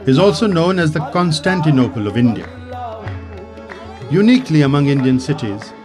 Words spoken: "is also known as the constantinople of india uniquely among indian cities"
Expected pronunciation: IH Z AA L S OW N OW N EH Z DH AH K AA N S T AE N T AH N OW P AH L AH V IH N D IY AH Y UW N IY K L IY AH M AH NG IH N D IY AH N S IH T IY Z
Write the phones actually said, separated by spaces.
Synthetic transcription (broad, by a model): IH Z AA L S OW N OW N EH Z DH AH K AA N S T AE N T AH N OW P AH L AH V IH N D IY AH Y UW N IY K L IY AH M AH NG IH N D IY AH N S IH T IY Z